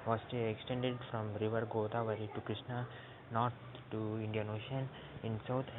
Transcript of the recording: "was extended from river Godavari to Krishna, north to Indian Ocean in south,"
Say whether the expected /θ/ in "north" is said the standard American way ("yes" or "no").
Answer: no